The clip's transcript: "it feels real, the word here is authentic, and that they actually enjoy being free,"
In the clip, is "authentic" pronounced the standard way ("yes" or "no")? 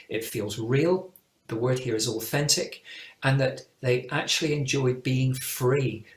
yes